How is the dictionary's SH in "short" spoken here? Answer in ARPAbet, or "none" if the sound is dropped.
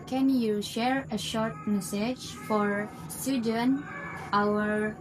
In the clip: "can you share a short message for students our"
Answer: SH